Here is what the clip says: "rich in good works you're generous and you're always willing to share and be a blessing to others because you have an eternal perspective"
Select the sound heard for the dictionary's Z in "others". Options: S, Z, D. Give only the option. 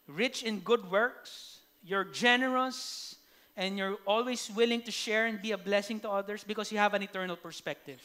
S